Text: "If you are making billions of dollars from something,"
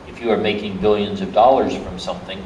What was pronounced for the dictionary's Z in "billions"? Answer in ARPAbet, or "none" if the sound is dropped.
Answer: Z